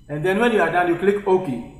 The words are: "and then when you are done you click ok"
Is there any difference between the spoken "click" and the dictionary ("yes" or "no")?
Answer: no